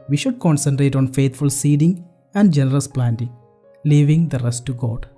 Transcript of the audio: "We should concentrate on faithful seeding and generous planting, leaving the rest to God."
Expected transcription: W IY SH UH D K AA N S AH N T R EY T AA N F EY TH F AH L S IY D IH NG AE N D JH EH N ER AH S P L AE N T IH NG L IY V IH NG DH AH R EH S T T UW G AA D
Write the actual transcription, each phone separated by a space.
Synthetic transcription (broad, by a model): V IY SH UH D K AA N S AH N T R EY T AA N F EY T F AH L S IY D IH NG AE N D JH EH N ER AH S P L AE N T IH NG L IY V IH NG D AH R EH S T T UW G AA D